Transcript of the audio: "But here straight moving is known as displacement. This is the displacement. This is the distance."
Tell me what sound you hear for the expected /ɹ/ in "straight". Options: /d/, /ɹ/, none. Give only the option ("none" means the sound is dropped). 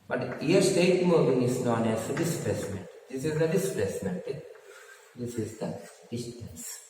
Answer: none